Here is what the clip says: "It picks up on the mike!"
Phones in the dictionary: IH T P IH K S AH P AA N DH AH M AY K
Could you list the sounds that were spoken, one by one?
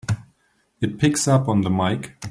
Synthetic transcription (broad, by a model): IH T P IH K S AH P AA N DH AH M AY K